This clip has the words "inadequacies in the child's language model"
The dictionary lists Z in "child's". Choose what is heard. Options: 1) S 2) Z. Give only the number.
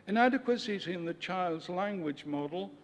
2